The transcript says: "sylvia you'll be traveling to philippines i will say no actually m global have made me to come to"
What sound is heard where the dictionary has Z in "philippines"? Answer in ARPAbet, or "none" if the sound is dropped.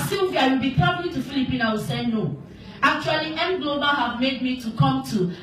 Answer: none